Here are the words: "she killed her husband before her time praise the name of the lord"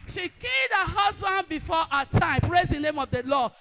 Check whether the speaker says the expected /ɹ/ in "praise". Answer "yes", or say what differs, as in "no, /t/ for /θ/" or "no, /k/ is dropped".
yes